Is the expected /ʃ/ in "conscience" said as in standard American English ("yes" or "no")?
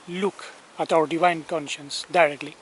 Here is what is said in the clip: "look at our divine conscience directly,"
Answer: yes